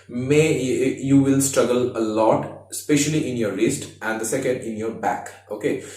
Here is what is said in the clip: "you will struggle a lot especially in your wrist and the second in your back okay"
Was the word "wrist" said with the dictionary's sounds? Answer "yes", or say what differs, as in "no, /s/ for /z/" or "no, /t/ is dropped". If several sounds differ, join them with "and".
no, /l/ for /ɹ/